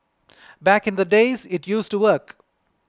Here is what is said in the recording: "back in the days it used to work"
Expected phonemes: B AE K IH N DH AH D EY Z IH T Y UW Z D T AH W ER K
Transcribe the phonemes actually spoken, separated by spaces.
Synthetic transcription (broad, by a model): B AE K IH N DH AH D EY Z IH T Y UW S T AH W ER K